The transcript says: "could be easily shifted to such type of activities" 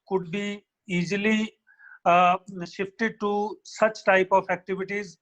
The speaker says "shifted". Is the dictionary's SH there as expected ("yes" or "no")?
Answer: yes